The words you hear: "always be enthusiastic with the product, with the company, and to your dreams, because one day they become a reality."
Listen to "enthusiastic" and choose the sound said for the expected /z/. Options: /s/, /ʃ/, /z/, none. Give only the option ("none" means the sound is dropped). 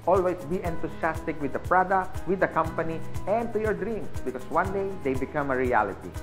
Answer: /s/